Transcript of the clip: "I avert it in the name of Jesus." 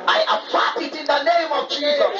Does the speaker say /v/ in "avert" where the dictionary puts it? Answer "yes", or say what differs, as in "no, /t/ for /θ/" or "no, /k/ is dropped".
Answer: no, /p/ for /v/